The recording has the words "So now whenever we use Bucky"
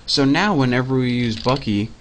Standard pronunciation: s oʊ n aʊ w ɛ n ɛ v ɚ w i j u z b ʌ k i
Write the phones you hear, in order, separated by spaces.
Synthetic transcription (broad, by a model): s oʊ n aʊ w ɛ n ɛ v ɚ w i j u z b ʌ k i